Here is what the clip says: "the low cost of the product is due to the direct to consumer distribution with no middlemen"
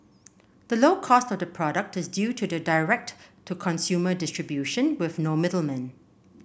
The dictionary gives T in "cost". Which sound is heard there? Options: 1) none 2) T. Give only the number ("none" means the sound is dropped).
2